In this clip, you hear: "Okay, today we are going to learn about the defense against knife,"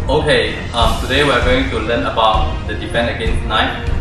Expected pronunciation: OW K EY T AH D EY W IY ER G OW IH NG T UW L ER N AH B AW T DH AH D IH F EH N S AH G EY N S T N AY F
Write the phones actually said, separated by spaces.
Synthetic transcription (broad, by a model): OW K EY T AH D EY W IY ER G OW IH NG T UW L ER N AH B AW T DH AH D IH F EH N AH G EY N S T N AY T